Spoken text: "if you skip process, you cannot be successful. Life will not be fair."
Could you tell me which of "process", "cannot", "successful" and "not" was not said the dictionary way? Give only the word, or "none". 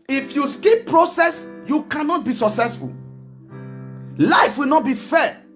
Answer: none